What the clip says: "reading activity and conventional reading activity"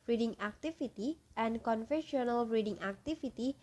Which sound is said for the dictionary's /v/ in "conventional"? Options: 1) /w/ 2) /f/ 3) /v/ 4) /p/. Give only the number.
2